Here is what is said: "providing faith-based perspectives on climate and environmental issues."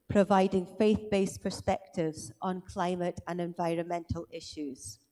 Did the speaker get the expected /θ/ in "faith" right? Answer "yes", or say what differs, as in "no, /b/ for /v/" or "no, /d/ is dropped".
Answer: yes